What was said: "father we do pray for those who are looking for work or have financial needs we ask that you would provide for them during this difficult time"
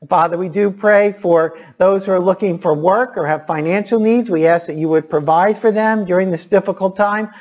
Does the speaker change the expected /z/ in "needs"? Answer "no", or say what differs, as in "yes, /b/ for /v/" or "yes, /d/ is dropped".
no